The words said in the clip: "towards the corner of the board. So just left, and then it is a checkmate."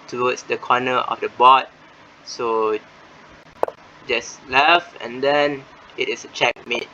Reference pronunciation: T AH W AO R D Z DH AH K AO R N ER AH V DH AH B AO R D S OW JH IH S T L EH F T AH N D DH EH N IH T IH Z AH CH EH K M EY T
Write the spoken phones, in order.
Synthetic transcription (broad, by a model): T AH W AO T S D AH K AO N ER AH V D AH B AO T S OW JH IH S L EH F AH N D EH N IH T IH S AH CH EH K M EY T